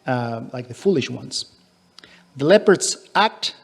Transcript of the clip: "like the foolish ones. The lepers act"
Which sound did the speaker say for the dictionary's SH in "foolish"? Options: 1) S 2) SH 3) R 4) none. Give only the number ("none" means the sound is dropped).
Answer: 2